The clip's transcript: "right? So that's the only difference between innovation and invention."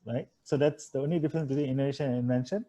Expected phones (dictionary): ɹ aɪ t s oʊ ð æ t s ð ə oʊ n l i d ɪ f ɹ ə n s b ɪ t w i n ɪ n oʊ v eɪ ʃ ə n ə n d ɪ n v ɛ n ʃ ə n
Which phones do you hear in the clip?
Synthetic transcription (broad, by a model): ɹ aɪ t s oʊ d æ t s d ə oʊ n l i d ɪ f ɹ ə n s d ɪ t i ɪ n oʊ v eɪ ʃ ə n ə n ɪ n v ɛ n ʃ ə n